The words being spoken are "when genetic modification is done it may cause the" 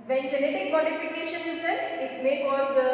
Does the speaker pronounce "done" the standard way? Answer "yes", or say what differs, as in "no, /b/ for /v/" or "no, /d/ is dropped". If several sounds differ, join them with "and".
no, /n/ is dropped